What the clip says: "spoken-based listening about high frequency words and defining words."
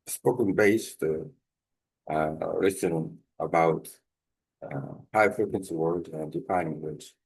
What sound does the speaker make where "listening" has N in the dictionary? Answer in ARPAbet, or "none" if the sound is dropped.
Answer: none